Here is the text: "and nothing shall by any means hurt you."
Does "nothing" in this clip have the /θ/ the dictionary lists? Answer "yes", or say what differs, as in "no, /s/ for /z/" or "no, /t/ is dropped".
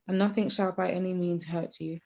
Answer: yes